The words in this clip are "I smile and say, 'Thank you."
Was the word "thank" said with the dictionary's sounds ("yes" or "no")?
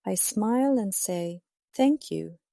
yes